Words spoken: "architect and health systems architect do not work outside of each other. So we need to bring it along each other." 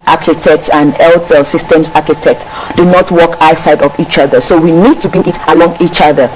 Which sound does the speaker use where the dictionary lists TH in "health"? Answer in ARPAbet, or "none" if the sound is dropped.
T